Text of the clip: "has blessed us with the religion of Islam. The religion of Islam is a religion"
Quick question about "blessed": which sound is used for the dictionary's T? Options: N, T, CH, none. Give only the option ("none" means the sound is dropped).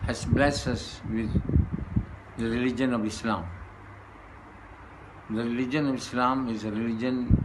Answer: none